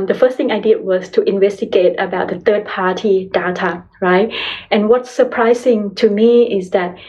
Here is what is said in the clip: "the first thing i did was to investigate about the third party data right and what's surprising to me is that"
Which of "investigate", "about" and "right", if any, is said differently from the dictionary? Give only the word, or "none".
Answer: none